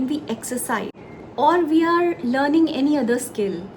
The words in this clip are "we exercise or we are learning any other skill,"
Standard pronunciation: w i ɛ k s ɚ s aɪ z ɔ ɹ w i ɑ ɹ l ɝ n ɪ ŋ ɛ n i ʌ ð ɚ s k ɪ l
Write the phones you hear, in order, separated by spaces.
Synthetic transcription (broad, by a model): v i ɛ k s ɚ s aɪ ɔ ɹ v i ɑ ɹ l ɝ n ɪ ŋ ɛ n i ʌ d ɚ s k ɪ l